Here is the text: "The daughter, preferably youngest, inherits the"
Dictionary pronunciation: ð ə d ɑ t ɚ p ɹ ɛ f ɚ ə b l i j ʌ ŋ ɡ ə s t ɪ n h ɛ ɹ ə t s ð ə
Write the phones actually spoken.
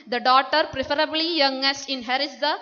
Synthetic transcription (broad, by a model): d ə d ɑ t ɚ p ɹ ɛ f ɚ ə b l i j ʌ ŋ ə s ɪ n h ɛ ɹ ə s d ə